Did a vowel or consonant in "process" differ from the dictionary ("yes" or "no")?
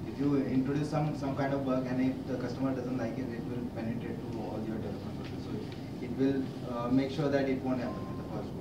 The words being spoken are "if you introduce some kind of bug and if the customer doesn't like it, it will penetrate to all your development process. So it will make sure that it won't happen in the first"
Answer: yes